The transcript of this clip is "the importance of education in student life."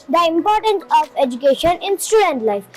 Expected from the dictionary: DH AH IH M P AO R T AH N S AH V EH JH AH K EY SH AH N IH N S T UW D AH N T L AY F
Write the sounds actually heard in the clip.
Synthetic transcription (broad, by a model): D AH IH M P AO R T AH N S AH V EH JH AH K EY SH AH N IH N S T UW D AH N T L AY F